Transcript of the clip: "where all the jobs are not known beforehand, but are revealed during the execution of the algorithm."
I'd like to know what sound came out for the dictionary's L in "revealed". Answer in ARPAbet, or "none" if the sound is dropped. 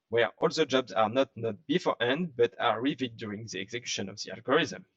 none